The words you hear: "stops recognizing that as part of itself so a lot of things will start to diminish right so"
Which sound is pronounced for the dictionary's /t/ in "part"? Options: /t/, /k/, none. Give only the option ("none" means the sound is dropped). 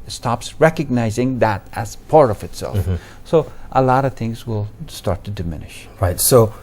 none